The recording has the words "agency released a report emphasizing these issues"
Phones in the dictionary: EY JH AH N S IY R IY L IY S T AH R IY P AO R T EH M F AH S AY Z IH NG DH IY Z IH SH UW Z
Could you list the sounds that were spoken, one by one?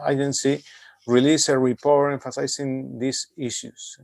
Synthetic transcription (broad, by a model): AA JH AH N S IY R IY L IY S AH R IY P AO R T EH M F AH S AY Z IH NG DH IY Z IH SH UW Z